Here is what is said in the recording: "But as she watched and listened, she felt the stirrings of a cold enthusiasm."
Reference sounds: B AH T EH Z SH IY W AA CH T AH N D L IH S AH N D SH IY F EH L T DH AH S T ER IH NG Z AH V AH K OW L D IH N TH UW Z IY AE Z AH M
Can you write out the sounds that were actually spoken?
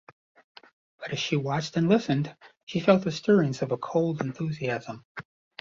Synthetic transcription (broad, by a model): B AH T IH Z SH IY W AA CH T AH N L IH S AH N D SH IY F EH L T DH AH S T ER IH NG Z AH V AH K OW L D IH N TH UW Z IY AE Z AH M